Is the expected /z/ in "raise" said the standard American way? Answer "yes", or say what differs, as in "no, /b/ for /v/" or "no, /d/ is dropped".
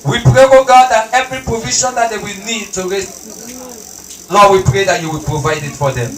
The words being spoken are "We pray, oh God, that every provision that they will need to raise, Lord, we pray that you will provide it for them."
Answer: no, /s/ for /z/